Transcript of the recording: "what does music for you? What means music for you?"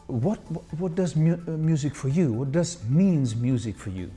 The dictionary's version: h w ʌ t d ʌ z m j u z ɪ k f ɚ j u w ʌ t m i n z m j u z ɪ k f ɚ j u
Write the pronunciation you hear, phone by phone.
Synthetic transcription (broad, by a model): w w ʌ t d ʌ z m j u z ɪ k f ɚ j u w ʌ t m i n z m j u z ɪ k f ɚ j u